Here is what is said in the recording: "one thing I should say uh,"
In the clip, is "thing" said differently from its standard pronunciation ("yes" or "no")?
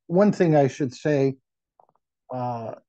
no